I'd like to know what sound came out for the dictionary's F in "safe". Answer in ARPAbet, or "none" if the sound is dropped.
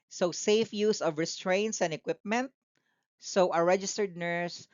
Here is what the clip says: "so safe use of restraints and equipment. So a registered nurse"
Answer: F